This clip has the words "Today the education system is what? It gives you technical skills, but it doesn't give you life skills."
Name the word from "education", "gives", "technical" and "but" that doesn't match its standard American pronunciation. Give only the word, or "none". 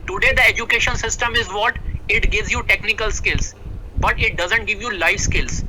none